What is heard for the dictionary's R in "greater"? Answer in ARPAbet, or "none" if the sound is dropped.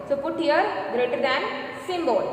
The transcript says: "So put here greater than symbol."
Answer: R